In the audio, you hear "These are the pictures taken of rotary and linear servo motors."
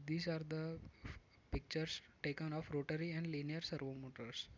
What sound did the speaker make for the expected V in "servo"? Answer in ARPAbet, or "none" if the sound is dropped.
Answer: V